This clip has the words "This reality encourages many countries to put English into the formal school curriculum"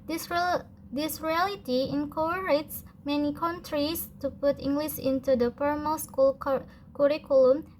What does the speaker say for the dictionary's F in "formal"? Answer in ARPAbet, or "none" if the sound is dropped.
P